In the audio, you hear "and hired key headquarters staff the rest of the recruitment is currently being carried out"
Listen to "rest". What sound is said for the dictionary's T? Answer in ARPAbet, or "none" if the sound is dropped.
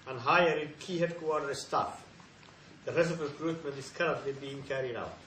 none